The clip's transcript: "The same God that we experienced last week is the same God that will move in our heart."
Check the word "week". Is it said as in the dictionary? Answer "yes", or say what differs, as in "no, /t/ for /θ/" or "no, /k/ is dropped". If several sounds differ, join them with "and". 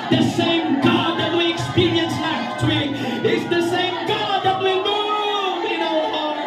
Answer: no, /k/ is dropped